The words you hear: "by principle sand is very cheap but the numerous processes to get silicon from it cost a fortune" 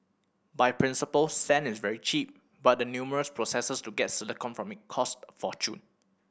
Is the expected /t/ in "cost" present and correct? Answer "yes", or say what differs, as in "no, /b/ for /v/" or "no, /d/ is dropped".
yes